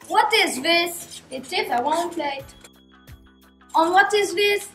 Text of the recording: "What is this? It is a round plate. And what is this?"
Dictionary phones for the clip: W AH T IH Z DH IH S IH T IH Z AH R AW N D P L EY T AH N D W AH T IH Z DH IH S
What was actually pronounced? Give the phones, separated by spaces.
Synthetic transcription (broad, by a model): W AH T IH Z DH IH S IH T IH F AH W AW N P L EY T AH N W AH T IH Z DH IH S